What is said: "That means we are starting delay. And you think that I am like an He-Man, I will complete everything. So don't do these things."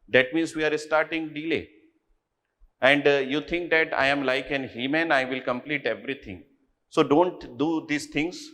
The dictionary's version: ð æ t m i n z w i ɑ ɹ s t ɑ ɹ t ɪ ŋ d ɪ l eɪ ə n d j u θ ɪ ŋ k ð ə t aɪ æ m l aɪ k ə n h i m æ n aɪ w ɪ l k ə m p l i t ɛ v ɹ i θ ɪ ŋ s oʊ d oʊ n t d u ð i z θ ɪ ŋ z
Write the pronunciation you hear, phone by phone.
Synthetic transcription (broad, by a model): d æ t m i n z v i ɑ ɹ s t ɑ ɹ t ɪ ŋ d ɪ l eɪ ə n d j u t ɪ ŋ k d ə t aɪ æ m l aɪ k ə n h i m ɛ n aɪ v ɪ l k ə m p l i t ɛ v ɹ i t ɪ ŋ s oʊ d oʊ n t d u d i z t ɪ ŋ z